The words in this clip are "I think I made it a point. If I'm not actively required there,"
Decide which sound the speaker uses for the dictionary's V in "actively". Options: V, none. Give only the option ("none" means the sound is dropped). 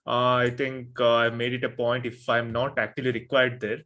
none